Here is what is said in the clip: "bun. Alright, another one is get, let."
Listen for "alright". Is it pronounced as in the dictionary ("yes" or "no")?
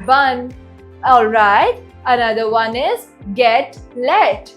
yes